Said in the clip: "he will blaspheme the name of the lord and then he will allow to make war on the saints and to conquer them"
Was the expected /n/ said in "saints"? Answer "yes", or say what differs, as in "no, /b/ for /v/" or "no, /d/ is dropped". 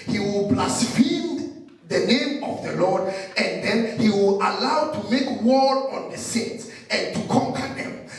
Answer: no, /n/ is dropped